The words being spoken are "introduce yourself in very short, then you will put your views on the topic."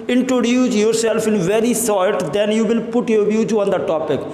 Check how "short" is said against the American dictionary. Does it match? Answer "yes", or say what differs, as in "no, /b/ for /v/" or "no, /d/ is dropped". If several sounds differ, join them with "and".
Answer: no, /s/ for /ʃ/